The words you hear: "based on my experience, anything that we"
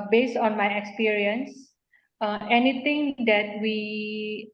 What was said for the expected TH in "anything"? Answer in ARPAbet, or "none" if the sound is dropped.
T